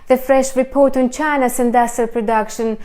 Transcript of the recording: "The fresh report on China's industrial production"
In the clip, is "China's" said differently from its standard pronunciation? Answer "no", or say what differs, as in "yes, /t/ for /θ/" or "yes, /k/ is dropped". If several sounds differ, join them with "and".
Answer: yes, /s/ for /z/